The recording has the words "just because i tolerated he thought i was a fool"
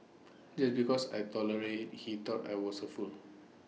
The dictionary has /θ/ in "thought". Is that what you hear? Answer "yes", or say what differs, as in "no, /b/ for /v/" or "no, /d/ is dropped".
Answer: no, /t/ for /θ/